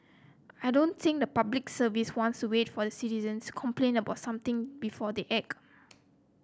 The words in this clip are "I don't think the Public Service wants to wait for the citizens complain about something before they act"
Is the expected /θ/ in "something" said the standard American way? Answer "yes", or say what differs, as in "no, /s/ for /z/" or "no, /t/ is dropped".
no, /t/ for /θ/